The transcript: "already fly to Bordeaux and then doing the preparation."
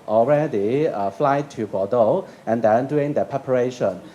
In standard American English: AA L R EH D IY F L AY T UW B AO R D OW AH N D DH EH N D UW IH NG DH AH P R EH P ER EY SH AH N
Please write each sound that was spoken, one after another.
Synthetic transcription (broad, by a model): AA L R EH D IY F L AY T UW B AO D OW AH N D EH N D UW IH NG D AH P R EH P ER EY SH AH N